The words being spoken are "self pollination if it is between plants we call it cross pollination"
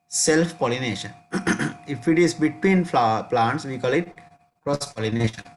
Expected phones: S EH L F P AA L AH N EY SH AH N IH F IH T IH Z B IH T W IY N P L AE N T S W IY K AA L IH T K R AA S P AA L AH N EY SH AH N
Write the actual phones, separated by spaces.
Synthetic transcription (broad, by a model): S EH L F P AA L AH N EY SH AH N IH F IH T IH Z B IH T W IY N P L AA N T S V IY K AA L IH T K R AA S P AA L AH N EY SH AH N